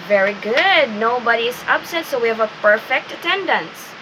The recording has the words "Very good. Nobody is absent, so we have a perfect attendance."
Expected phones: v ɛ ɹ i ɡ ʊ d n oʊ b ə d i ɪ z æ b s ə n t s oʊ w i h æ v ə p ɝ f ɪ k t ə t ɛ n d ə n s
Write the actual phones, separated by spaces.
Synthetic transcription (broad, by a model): v ɛ ɹ i ɡ ʊ d n oʊ b ə d i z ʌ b s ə t s oʊ w i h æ v ə p ɝ f ɪ k t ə t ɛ n d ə n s